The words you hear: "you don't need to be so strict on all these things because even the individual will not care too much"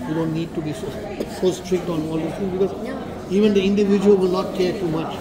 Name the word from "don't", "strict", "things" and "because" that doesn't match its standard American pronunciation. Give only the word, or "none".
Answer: things